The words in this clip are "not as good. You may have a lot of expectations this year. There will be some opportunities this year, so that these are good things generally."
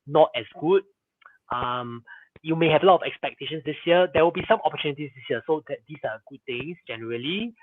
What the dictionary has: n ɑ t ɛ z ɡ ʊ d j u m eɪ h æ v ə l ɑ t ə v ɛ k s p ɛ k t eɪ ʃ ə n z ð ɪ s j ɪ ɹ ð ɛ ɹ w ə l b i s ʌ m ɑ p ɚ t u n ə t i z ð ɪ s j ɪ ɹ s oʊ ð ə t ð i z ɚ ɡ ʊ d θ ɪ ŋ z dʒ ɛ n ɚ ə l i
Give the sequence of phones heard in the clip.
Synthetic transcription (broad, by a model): n ɑ t ɛ s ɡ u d j u m eɪ h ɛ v ə l ɑ t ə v ɛ k s p ɛ k t eɪ ʃ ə n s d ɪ s j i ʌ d ɛ w ə l b i s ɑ m ɑ p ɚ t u n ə t i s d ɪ s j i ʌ s oʊ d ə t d i s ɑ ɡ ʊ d t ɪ ŋ s dʒ ɛ n ɚ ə l i